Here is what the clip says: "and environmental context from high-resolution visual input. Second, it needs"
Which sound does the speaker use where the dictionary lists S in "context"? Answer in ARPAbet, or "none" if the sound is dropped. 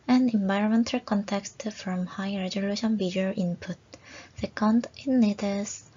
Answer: S